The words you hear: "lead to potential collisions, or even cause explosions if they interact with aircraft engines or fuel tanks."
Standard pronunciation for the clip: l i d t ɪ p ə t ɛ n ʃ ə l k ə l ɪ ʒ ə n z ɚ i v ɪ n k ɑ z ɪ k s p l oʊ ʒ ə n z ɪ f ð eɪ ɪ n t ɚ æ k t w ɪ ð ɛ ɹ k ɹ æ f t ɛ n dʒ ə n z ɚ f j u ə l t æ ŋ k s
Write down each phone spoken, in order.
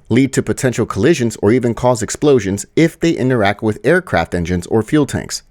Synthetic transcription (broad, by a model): l i d t ɪ p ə t ɛ n ʃ l k ə l ɪ ʒ ə n z ɚ i v ɪ n k ɑ z ɪ k s p l oʊ ʒ ə n z ɪ f ð eɪ ɪ n t ɚ æ k t w ɪ ð ɛ ɹ k ɹ æ f t ɛ n dʒ ə n z ɚ f j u l t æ ŋ k s